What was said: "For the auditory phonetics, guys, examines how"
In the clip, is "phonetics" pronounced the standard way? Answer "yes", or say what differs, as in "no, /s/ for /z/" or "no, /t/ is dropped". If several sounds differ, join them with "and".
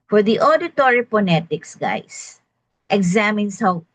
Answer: no, /p/ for /f/